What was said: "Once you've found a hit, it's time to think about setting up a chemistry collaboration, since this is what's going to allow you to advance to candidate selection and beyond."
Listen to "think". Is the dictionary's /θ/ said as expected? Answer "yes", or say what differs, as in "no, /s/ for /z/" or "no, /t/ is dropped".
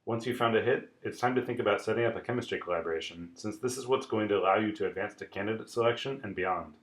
yes